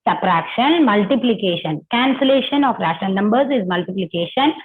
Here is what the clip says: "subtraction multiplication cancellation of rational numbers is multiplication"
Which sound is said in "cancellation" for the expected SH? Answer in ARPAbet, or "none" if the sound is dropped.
SH